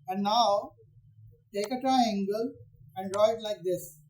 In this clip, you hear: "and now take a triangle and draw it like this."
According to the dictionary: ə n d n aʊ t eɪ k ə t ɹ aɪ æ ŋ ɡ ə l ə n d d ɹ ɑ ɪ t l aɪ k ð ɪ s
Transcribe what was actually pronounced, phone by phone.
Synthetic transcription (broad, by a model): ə n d n aʊ t eɪ k ə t aɪ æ ŋ ɡ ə l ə n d d ɹ ɑ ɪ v l aɪ k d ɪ s